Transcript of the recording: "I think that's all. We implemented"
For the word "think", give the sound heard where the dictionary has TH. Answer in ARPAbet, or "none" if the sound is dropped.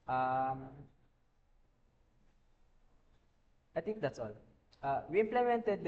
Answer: T